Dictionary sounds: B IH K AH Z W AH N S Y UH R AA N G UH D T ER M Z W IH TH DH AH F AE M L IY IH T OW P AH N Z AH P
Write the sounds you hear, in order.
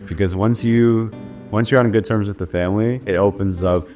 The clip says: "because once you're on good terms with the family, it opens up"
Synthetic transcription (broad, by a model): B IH K AH Z W AH N S Y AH R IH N G UH D T ER M Z W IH DH AH F AE M L IY IH T OW P AH N Z AH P